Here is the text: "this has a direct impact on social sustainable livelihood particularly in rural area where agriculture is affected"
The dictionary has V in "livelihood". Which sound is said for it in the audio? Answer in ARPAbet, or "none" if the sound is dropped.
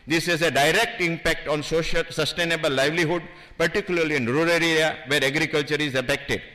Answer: V